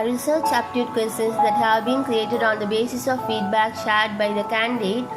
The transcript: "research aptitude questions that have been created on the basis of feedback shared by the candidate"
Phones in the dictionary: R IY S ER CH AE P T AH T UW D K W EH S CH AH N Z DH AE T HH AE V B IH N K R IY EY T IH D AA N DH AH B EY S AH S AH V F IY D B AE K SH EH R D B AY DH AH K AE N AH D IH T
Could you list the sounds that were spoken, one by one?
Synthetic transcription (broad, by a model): R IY S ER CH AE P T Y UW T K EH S AH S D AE T HH AE V B IH N K R IY EY T IH D AA N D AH B EY S AH S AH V F IY D B AE K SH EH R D B AY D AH K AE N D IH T